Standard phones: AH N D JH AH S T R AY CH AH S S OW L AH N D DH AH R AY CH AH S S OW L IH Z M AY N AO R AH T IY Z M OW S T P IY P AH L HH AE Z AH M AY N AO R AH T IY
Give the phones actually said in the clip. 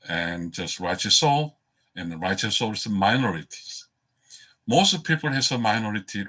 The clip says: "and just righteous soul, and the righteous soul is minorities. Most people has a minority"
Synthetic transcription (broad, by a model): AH N JH AH S T R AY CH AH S S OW L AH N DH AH R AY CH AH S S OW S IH M AY N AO R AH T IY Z M OW S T P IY P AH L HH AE S AH M AY N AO R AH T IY